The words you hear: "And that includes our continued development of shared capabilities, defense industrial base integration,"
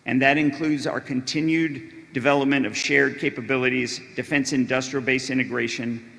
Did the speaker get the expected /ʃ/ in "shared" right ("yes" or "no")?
yes